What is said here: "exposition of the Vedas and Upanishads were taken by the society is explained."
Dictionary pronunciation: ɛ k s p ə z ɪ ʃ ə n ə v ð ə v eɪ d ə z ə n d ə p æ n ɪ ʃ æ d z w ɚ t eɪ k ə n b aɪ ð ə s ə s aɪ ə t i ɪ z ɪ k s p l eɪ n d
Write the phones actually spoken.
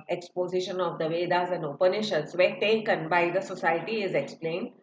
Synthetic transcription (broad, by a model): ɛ k s p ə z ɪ ʃ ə n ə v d ə v eɪ d ə z ə n d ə p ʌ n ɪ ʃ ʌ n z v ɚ t eɪ k ə n b aɪ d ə s ə s aɪ ə t i ɪ z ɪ k s p l eɪ n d